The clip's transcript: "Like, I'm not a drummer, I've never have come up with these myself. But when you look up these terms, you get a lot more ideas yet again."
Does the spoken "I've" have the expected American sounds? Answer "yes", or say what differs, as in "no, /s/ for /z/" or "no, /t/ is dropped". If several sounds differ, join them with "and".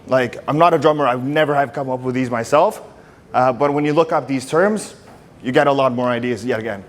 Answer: no, /w/ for /v/